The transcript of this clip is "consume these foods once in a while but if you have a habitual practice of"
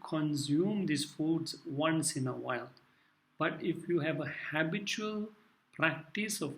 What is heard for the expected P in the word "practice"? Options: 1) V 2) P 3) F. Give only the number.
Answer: 2